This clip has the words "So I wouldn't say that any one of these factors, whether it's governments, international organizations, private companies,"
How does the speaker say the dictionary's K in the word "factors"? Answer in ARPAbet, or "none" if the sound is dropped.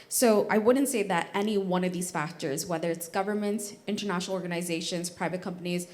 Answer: K